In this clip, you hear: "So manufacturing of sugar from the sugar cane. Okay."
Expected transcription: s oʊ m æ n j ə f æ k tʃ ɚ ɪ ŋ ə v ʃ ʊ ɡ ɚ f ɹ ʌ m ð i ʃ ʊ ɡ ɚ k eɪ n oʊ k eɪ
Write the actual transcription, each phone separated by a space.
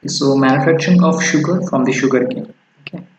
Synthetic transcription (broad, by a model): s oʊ m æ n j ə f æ k tʃ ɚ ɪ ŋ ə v ʃ ʊ ɡ ɚ f ɹ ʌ m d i ʃ ʊ ɡ ɚ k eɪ oʊ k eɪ